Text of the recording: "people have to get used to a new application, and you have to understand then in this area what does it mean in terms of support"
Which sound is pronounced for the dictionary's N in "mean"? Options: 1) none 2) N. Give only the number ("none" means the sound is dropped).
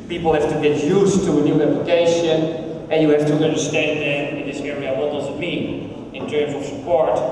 1